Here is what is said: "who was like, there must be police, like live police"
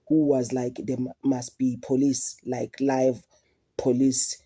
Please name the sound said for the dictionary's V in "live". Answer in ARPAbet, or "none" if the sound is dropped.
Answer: V